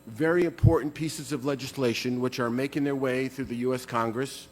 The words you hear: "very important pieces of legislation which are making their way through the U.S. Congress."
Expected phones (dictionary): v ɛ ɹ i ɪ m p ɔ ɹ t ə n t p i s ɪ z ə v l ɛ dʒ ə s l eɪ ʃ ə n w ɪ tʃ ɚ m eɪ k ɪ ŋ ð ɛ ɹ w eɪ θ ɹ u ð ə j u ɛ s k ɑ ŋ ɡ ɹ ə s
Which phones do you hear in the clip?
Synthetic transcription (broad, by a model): v ɛ ɹ i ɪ m p ɔ ɹ t n p i s ɪ z ə v l ɛ dʒ ə s l eɪ ʃ ə n w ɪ tʃ ɚ m eɪ k ɪ ŋ ð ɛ ɹ w eɪ θ ɹ u ð ə j u ɛ s k ɑ ŋ ɡ ɹ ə s